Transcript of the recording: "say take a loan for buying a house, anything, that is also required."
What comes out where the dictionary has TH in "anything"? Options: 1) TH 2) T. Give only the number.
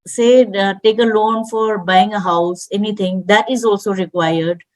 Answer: 2